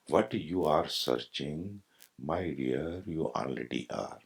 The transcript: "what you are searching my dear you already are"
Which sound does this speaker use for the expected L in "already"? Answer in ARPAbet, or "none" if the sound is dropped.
N